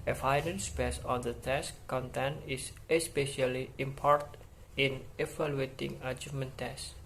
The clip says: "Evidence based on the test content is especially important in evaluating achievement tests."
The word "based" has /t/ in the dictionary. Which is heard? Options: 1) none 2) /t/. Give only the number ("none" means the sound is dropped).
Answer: 1